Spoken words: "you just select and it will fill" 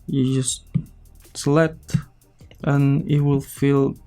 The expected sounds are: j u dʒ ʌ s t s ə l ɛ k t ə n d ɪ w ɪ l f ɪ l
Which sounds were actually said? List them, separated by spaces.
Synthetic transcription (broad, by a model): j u dʒ ʌ s t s l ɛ t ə n ɪ w ɪ l f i l